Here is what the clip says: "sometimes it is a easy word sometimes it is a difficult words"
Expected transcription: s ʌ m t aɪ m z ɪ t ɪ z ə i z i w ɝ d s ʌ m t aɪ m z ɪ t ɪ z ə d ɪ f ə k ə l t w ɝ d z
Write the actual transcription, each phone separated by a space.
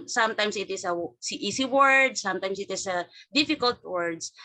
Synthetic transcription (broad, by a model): s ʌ m t aɪ m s ɪ t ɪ s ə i s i w ɝ d s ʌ m t aɪ m s ɪ t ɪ s ə d ɪ f ə k ə l t w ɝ d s